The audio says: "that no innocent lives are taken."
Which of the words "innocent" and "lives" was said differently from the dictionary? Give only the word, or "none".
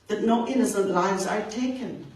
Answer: none